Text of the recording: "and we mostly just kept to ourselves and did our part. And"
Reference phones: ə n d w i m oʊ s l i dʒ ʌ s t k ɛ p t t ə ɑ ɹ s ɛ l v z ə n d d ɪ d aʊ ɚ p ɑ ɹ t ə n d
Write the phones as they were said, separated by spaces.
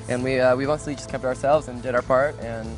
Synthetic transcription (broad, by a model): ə n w w i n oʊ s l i dʒ ʌ s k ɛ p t t ə ɑ ɹ s ɛ l v z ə n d d ɪ d aʊ ɚ p ɑ ɹ t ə n